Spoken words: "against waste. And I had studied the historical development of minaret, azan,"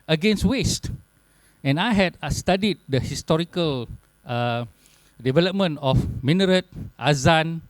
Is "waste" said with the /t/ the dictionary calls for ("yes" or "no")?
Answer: yes